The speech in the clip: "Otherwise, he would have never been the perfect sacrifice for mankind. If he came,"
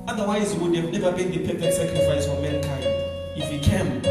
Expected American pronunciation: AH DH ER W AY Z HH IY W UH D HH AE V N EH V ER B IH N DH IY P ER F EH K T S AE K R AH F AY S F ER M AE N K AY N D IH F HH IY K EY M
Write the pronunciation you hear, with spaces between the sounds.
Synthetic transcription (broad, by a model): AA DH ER W AY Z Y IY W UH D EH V N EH V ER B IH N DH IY P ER P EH T S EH K R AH F AY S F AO M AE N K AY N D IH F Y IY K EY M